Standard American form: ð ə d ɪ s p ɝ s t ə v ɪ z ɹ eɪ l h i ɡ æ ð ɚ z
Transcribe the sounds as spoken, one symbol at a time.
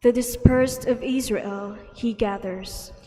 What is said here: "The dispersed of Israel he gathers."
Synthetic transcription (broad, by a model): ð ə d ɪ s p ɝ s t ə v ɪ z ɹ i l h i ɡ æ ð ɚ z